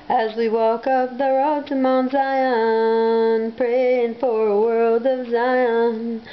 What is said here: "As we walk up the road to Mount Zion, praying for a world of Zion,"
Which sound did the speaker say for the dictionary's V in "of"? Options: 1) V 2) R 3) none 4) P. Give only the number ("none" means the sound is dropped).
1